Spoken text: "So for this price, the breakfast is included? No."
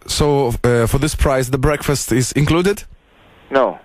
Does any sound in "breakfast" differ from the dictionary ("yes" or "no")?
no